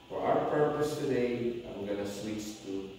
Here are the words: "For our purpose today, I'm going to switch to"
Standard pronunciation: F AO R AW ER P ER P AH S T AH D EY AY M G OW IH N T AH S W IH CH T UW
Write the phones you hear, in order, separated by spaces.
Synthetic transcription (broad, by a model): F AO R AW ER P ER P AH S T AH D EY AY M G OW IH N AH S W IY S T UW